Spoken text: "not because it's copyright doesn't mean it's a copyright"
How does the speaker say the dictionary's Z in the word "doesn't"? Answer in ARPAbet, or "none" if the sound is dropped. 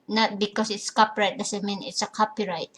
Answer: S